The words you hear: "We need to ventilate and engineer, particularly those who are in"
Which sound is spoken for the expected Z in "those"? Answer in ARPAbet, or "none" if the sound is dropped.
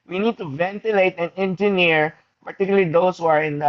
S